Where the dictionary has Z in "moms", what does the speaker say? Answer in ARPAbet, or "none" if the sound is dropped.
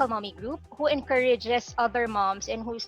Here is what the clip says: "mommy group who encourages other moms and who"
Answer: S